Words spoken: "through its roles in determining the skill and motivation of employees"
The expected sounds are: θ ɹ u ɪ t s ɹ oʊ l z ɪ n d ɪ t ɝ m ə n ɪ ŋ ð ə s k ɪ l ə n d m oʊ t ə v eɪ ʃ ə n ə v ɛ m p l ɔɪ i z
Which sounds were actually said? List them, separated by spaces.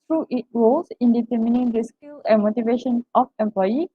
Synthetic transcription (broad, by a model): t ɹ u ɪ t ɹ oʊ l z ɪ n d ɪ t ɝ m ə n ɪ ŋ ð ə s k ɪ l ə n m oʊ t ə v eɪ ʃ ə n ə f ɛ m p l ɔɪ i